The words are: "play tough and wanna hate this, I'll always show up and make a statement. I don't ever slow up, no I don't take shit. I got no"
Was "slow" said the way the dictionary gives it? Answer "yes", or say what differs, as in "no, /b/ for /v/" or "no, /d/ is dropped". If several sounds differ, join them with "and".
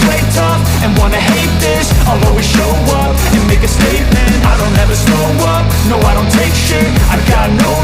no, /l/ is dropped